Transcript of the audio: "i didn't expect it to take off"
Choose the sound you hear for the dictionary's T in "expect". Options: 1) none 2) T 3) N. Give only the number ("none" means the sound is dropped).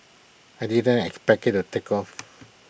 1